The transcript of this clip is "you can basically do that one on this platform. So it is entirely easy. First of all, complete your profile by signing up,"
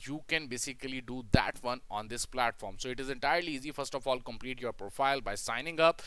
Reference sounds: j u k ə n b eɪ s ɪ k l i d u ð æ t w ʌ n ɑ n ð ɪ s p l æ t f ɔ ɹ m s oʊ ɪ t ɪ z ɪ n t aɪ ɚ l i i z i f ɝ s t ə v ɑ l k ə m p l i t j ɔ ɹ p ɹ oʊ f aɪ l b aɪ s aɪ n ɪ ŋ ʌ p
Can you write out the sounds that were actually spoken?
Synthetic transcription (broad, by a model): j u k ə n b eɪ s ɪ k l i d u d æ t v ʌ n ɑ n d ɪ s p l æ t f ɔ ɹ m s oʊ ɪ t ɪ z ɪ n t aɪ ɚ l i i z i f ɝ s t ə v ɑ l k ə m p l i t j ɔ ɹ p ɹ oʊ f aɪ l b aɪ s aɪ n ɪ ŋ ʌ p